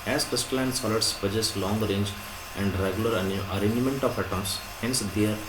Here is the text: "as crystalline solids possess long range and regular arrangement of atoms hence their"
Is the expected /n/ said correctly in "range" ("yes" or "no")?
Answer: yes